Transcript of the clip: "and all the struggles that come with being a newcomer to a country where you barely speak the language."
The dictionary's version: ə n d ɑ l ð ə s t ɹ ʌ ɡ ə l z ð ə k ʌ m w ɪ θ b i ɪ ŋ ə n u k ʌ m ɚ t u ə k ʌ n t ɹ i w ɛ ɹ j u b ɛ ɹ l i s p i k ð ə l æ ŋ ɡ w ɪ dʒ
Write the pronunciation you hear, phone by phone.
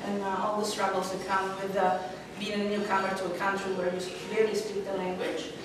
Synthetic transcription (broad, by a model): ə n ɑ l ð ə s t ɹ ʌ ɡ l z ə k ʌ m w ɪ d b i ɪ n ə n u k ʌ m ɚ t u ə k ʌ n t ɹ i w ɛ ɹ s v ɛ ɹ i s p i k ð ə l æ ŋ ɡ w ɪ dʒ